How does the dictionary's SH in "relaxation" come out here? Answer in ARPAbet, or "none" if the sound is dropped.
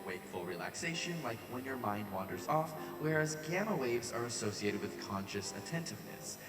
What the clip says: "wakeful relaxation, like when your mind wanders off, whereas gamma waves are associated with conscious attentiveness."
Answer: SH